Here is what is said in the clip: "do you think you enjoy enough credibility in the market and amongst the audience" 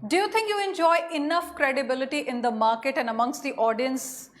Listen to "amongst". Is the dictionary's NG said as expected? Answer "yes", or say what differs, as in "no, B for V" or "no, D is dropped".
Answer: yes